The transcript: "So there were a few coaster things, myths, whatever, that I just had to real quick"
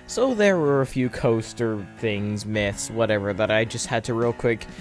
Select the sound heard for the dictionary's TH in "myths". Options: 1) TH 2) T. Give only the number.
1